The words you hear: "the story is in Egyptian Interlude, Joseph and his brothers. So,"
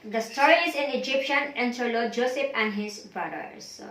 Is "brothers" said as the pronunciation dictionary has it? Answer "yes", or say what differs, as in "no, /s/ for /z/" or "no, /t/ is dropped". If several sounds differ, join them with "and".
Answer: no, /ɹ/ is dropped